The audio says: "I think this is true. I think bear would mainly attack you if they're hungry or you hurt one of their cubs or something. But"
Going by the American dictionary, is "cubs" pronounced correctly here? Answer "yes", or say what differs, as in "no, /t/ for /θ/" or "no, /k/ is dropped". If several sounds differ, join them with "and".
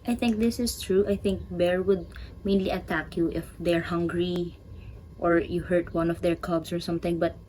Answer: no, /s/ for /z/